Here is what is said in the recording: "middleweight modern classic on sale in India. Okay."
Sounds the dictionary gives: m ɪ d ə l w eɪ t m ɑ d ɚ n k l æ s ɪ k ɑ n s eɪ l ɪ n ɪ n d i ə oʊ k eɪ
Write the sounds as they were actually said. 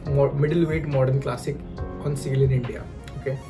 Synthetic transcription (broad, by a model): m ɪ d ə l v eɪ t m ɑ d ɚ n k l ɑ s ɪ k ɑ n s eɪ l ɪ n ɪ n d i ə oʊ k eɪ